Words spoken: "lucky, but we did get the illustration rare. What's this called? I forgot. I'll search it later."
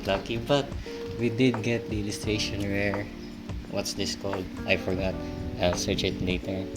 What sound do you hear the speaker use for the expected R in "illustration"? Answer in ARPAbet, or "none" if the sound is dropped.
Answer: R